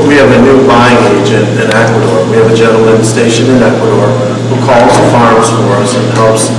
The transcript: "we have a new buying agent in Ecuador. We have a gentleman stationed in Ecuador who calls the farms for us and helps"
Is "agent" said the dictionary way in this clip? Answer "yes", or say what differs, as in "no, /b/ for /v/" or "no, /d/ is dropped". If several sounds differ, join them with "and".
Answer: yes